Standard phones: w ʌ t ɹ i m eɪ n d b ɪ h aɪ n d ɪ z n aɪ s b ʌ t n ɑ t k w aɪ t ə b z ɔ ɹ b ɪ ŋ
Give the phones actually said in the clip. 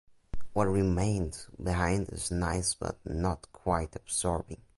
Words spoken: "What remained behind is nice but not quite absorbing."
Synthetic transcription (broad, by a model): w ʌ t ɹ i m eɪ n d b ɪ h aɪ n d ɪ z n aɪ s b ʌ t n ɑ t k w aɪ t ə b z ɔ ɹ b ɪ ŋ